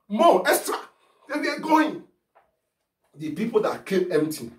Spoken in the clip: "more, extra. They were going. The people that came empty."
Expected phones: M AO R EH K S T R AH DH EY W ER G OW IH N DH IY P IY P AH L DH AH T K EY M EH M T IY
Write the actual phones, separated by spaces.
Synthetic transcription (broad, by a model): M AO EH S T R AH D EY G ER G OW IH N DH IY P IY P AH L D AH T K EY M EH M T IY